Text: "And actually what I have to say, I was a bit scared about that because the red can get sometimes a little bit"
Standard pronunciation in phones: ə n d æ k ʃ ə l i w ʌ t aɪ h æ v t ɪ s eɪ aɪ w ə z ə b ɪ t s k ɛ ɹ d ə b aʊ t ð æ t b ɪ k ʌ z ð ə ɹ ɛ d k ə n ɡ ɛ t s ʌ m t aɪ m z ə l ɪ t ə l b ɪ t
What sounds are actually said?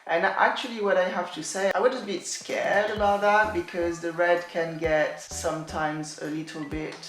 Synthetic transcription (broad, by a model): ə n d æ k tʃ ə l i w ʌ t aɪ h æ f t ɪ s eɪ aɪ w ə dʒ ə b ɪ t s k ɛ ɹ d ə b aʊ t ð æ t b ɪ k ʌ z ð ə ɹ ɛ d k ə n ɡ ɛ t s ʌ m t aɪ m z ə l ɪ t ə l b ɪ t